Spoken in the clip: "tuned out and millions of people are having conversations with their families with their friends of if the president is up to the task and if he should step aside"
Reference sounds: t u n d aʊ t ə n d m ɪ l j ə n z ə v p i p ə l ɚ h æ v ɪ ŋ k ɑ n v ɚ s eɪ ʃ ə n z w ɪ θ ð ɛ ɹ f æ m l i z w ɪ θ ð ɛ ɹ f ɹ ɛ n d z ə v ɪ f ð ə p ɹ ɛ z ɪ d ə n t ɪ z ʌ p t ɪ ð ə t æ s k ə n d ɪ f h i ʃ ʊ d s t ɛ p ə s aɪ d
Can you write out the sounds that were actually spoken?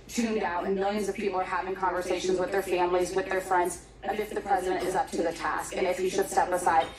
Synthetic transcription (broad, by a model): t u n d aʊ t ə n m ɪ l j ə n z ə v p i p l ɚ h æ v ɪ ŋ k ɑ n v ɚ s eɪ ʃ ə n z w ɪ ð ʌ ɹ f æ m l i z w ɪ ð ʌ ɹ f ɹ ɛ n d z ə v ɪ f ð ə p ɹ ɛ z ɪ d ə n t ɪ z ʌ p t ɪ ð ə t æ s k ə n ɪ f h i ʃ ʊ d s t ɛ p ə s aɪ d